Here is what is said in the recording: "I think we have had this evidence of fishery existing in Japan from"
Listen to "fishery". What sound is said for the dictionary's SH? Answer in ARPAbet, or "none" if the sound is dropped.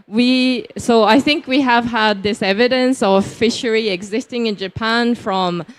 SH